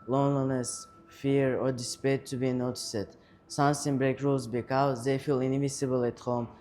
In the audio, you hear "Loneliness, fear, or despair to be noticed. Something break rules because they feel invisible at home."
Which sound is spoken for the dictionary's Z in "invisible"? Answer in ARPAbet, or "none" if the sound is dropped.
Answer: S